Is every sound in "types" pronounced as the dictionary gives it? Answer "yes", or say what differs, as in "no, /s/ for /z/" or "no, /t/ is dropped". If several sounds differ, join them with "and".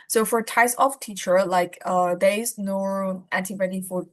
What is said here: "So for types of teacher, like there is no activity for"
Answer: no, /p/ is dropped